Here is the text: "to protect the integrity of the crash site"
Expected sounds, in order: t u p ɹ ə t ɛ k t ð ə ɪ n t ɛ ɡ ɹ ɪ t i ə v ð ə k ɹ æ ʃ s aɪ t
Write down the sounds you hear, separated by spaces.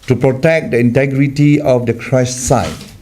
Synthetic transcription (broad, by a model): t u p ɹ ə t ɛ k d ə ɪ n t ɛ ɡ ɹ ɪ t i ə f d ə k ɹ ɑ s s aɪ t